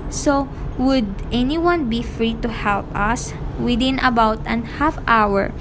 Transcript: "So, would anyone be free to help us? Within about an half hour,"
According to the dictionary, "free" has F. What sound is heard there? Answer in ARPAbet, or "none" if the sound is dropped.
F